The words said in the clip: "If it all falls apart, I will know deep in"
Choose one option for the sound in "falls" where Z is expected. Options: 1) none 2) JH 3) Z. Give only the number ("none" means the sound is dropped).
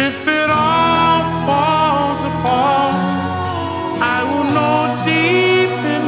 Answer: 3